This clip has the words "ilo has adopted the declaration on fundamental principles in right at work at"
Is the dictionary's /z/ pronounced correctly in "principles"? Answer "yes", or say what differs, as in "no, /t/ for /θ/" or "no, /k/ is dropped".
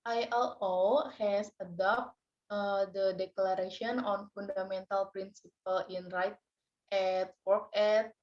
no, /z/ is dropped